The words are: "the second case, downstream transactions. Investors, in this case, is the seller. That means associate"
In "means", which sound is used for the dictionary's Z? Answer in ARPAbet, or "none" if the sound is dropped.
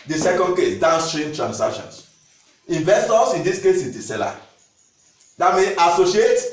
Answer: none